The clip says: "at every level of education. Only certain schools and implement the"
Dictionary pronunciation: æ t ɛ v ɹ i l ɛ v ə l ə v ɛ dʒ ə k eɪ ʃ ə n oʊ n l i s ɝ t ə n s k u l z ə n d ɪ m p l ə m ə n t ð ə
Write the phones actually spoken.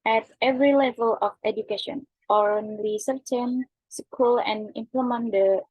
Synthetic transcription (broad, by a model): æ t ɛ v ɹ i l ɛ v ə l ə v ɛ dʒ ə k eɪ ʃ ə n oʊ n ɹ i s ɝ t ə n s k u l ə n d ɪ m p l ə m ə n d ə